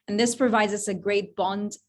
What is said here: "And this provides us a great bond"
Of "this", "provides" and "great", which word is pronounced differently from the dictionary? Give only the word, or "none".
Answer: none